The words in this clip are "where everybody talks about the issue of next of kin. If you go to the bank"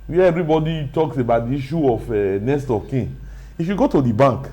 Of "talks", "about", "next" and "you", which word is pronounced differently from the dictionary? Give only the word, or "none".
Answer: next